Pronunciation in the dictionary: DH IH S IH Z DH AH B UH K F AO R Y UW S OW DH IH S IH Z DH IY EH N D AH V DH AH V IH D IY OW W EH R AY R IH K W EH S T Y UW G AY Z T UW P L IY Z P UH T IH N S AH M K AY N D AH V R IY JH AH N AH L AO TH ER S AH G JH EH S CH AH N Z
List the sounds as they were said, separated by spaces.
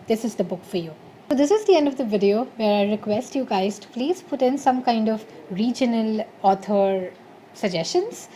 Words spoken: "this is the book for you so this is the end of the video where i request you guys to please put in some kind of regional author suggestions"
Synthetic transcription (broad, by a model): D IH S IH Z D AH B UH K F AO R Y UW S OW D IH S IH Z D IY EH N D AH V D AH V IH D IY OW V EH R AY R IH K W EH S T Y UW G AY Z T UW P L IY Z P UH T IH N S AH M K AY N D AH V R IY JH AH N AH L AO T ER S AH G JH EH S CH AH N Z